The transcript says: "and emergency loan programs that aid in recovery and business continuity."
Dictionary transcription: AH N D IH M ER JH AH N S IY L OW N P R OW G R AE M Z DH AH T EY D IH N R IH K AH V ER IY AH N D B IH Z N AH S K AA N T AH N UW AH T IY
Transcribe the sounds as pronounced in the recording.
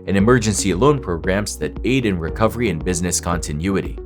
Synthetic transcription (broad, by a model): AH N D IH M ER JH AH N S IY L OW N P R OW G R AE M Z DH AH T EY D IH N R IH K AH V ER IY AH N B IH Z N AH S K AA N T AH N UW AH T IY